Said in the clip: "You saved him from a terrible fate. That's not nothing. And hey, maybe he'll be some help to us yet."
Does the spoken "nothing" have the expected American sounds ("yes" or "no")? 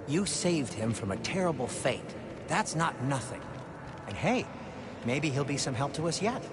yes